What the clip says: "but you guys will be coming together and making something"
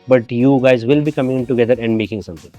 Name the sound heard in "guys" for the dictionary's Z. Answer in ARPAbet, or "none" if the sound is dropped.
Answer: Z